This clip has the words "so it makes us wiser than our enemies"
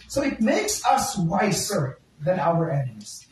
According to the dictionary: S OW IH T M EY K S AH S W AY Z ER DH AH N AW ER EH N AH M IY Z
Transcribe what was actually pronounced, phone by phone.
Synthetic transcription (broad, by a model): S OW IH T M EY K S AH S W AY S ER DH AH N AW ER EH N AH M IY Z